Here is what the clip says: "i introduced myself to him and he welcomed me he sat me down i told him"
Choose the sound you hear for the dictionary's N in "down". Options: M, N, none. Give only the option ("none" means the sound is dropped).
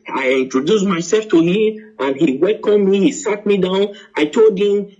N